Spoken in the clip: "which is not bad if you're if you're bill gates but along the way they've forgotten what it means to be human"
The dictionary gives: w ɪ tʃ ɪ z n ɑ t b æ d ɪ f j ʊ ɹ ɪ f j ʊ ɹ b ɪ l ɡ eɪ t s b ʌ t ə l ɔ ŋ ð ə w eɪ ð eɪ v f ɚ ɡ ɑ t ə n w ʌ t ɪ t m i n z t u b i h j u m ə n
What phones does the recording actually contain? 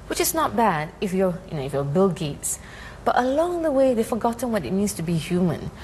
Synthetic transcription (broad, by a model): w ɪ tʃ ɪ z n ɑ t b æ d ɪ f j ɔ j ɪ f j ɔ b ɪ l ɡ eɪ t s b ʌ t ə l ɔ ŋ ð ə w eɪ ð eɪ f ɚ ɡ ɑ t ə n w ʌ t ɪ t m i n s t u b i h j u m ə n